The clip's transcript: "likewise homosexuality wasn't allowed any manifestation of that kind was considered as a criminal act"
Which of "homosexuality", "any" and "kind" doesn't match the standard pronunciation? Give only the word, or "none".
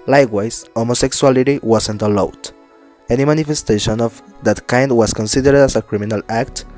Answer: homosexuality